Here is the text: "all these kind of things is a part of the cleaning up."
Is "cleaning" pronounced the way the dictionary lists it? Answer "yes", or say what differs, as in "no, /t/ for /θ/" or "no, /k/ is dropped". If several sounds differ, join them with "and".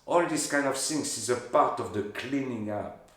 yes